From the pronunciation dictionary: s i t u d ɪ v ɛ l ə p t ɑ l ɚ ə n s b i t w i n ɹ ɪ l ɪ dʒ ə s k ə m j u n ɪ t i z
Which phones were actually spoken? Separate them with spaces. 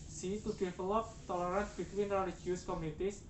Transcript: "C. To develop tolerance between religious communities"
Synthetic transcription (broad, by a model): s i t u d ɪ f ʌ l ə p t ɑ l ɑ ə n b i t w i n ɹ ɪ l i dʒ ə s k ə m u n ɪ t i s